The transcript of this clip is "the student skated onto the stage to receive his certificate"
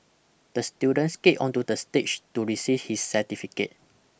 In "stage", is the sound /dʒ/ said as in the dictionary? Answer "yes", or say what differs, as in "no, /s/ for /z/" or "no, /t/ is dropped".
no, /tʃ/ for /dʒ/